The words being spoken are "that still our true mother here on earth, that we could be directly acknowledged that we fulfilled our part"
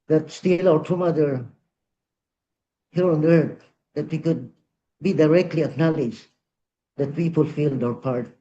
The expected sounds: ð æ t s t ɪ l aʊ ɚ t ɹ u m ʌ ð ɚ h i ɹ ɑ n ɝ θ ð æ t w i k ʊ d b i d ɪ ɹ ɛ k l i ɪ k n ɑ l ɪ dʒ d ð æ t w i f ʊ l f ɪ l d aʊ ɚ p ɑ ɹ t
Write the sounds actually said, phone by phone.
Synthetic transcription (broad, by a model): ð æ t s t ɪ l aʊ ɚ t u m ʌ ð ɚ h i ɹ ɑ n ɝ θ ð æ t w i k ʊ d b i d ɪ ɹ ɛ k l i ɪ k n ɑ l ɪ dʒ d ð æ t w i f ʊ l f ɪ l d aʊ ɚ p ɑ ɹ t